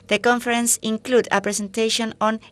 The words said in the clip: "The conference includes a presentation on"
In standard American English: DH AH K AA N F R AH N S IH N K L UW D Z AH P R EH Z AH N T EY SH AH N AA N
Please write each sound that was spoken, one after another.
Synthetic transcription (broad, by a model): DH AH K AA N F R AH N S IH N K L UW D AH P R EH S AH N T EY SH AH N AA N